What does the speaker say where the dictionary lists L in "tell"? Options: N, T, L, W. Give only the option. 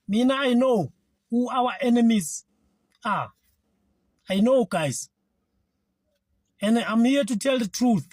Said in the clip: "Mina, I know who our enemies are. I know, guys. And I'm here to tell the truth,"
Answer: L